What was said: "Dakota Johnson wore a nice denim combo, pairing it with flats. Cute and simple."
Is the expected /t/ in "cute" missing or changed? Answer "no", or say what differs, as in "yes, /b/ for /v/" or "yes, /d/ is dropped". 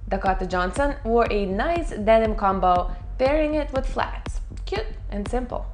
no